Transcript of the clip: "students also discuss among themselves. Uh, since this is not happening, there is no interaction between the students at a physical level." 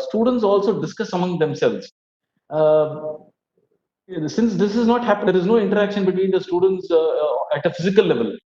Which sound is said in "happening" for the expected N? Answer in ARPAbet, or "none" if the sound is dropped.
none